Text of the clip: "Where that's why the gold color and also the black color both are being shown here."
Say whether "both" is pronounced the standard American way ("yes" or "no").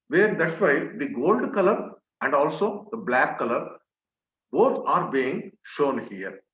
no